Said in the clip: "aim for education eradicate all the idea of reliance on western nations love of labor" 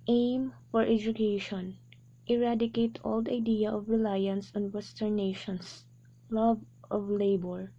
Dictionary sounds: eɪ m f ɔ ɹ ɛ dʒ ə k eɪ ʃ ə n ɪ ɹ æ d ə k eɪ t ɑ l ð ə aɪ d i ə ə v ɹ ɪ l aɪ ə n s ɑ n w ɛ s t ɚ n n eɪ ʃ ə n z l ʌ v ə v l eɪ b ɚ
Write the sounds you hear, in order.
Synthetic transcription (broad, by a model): eɪ m f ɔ ɹ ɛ dʒ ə k eɪ ʃ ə n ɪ ɹ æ d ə k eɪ t ɑ l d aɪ d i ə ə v ɹ ɪ l aɪ ə n s ɑ n w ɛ s t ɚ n n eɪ ʃ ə n s l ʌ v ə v l eɪ b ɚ